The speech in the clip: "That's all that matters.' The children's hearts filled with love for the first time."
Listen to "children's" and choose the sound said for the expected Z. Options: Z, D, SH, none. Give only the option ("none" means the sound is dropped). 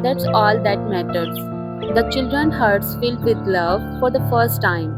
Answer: none